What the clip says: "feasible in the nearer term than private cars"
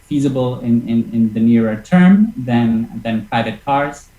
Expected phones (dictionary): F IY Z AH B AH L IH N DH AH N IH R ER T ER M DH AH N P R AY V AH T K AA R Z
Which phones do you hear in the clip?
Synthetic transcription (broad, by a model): F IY Z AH B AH L IH N DH AH N IH R ER T ER M DH AH N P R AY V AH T K AA R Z